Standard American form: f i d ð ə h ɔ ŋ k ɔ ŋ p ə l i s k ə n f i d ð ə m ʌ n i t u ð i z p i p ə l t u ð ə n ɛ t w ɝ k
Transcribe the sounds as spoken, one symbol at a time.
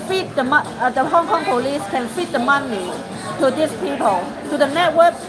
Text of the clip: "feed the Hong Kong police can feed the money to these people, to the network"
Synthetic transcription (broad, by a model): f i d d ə h ɔ ŋ k ɔ ŋ p ə l i s k ə n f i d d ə m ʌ n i t u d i s p i p ə l t u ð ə n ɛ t w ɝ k